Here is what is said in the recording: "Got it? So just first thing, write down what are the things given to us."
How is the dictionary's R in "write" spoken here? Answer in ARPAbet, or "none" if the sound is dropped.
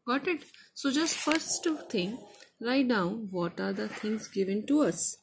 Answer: L